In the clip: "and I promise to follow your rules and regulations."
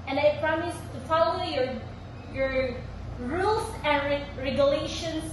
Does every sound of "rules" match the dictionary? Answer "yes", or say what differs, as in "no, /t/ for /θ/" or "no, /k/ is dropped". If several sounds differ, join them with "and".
no, /s/ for /z/